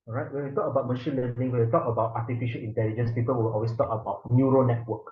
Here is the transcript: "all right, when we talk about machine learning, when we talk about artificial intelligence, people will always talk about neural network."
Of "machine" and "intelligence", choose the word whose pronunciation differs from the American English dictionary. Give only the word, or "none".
none